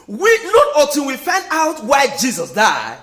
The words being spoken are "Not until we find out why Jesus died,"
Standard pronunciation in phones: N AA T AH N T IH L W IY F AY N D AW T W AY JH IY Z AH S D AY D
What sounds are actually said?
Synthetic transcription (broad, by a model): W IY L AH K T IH N W IY F AY N D AW T W AY JH IY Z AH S D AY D